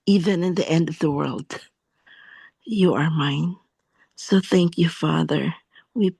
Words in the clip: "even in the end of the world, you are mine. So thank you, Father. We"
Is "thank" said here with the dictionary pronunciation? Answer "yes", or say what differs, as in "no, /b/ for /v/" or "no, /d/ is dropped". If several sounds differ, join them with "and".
yes